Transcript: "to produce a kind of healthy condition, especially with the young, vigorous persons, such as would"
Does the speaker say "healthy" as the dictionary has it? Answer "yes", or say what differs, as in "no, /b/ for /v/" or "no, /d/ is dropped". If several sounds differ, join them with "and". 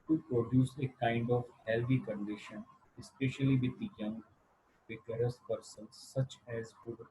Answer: no, /t/ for /θ/